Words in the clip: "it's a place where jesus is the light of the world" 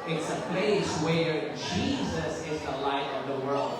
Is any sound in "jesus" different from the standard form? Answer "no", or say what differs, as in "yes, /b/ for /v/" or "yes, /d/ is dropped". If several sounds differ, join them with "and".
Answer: no